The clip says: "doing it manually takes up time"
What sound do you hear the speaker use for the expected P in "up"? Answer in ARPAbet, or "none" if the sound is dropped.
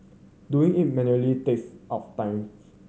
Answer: F